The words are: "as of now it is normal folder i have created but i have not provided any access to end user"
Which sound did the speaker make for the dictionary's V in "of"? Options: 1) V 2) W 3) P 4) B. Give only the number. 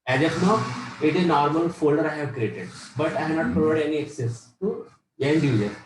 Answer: 3